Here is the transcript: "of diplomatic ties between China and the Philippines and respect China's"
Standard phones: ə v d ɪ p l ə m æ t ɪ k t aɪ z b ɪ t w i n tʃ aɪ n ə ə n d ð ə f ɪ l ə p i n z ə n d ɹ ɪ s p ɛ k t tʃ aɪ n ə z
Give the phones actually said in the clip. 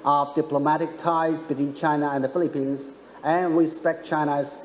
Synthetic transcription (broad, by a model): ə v d ɪ p l ə m æ t ɪ k t aɪ z b ɪ t w i n tʃ aɪ n ə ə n ð ə f ɪ l ə p i n z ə n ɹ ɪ s p ɛ k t tʃ aɪ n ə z